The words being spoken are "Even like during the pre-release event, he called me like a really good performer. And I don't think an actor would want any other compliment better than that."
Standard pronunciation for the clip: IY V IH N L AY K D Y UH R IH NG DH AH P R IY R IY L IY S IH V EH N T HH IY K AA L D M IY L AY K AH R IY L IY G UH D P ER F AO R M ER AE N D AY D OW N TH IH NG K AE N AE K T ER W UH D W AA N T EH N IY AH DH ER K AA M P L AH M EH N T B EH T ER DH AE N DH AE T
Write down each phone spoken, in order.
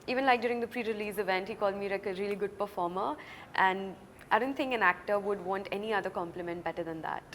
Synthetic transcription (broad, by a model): IY V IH N L AY K D Y UH R IH NG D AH P R IY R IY L IY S IH V EH N T HH IY K AA L D M IY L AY K AH R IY L IY G UH D P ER F AO R M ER AE N D AY D OW N T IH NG K AE N AE K T ER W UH D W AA N T EH N IY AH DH ER K AA M P L AH M EH N T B EH T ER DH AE N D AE T